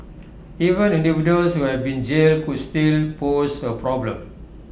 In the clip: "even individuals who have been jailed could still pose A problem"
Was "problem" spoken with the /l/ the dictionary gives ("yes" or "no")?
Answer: yes